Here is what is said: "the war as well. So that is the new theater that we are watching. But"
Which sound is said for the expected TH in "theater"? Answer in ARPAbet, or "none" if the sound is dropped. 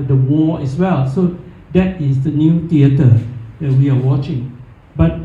T